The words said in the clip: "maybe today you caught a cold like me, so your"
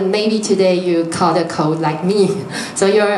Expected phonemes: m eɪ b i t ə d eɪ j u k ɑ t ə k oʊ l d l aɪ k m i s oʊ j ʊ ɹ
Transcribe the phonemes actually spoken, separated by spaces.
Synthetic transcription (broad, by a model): m eɪ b i t ə d eɪ j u k ɑ t ə k oʊ d l aɪ k m i s oʊ j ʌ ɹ